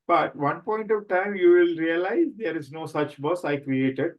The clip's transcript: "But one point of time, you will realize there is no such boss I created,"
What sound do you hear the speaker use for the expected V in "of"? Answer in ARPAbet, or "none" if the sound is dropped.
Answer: V